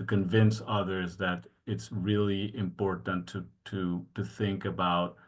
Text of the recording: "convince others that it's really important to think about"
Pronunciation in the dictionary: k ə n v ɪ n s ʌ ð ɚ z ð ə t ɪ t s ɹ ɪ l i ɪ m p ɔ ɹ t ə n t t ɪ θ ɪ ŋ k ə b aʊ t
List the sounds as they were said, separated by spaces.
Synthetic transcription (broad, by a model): k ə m v ɪ n s ʌ ð ɚ z ð ə t ɪ t s ɹ ɪ l i ɪ m p ɔ ɹ t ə n t t ɪ θ ɪ ŋ k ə b aʊ t